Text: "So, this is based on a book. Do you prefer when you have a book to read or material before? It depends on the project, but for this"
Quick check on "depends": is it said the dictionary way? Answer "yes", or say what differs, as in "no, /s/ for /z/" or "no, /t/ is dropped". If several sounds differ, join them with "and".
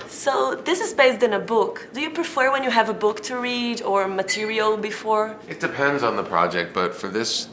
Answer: yes